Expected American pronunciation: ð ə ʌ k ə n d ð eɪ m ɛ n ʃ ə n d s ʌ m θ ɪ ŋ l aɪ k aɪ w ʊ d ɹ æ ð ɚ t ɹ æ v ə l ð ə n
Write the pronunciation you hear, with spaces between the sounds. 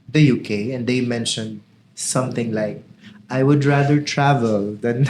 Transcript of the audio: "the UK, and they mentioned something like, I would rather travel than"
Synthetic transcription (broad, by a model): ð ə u k ə n d eɪ m ɛ n ʃ ə n d s ʌ m θ ɪ ŋ l aɪ k aɪ w ʊ d ɹ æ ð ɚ t ɹ æ v ə l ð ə n